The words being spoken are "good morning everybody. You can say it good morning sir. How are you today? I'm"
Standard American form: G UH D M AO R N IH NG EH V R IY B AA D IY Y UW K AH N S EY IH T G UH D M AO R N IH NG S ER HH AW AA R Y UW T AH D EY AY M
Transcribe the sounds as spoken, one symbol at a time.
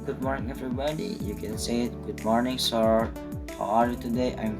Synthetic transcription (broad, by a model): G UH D M AO R N IH NG EH V R IY B AA D IY Y UW K AH N S EY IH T G UH D M AO R N IH NG S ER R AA L Y UW T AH D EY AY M